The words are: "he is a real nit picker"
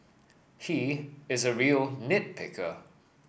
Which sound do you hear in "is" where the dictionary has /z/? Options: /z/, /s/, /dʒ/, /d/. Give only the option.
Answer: /z/